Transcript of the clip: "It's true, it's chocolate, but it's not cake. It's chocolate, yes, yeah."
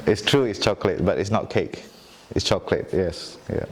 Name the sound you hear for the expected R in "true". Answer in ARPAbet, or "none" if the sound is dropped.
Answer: R